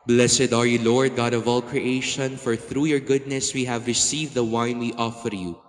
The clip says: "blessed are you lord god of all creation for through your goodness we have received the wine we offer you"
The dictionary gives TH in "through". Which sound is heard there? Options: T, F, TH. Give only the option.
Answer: TH